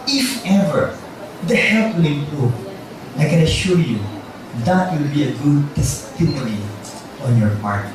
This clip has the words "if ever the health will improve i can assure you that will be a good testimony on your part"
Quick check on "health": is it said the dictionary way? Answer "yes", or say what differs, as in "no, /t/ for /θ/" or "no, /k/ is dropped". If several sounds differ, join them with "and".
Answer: no, /t/ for /θ/